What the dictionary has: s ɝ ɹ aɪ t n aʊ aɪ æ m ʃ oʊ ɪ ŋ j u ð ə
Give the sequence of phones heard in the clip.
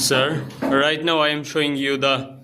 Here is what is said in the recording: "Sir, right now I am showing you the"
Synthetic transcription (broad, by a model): s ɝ ɹ aɪ t n aʊ aɪ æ m ʃ oʊ ɪ ŋ j u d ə